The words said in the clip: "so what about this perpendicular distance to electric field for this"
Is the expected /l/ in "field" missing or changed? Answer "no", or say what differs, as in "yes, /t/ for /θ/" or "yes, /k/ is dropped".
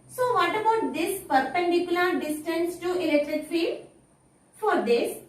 yes, /l/ is dropped